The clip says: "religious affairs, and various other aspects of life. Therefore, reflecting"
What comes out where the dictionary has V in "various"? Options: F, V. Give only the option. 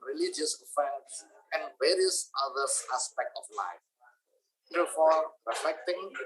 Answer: V